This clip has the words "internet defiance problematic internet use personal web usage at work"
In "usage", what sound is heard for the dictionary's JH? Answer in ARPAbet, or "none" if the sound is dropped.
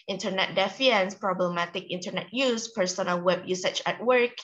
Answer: CH